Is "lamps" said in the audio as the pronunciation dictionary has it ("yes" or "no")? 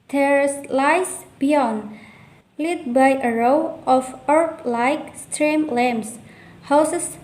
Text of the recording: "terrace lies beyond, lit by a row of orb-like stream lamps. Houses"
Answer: no